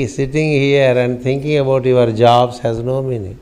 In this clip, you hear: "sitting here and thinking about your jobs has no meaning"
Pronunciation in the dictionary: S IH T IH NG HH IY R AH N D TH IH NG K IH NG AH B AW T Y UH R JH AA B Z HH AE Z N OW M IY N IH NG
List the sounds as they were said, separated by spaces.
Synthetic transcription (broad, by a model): S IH T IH NG HH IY R AH N D T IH NG K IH NG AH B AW T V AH R JH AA B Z HH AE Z N OW M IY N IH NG